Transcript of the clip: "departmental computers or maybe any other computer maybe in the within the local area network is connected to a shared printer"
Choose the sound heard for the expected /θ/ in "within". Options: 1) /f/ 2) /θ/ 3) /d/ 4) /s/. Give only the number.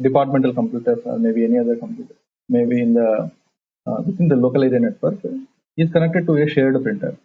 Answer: 4